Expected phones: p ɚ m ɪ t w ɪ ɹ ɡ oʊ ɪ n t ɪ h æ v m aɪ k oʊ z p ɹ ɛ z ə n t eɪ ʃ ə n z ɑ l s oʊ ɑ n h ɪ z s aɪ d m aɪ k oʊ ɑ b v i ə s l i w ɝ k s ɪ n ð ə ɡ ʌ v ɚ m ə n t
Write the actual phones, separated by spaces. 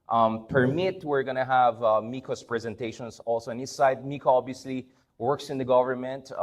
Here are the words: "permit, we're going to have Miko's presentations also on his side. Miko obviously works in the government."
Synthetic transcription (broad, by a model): p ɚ m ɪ t w ɪ ɹ ɡ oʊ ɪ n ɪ h æ v m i k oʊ s p ɹ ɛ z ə n t eɪ ʃ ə n s ɑ l s oʊ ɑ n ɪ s s aɪ d m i k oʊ ɑ b v i ə s l i w ɝ k s ɪ n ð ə ɡ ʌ v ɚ m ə n t